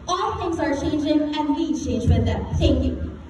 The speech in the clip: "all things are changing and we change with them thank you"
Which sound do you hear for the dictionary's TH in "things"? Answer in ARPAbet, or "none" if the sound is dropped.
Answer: T